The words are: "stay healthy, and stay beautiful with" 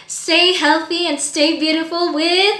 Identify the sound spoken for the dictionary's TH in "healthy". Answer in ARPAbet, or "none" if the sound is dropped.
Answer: TH